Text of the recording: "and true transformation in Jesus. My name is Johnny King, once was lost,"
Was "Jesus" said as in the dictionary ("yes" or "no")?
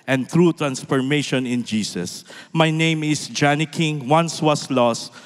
no